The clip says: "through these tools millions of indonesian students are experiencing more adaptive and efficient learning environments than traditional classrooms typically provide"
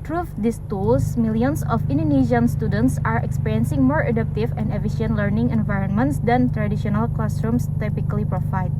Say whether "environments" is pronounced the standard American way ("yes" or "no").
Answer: yes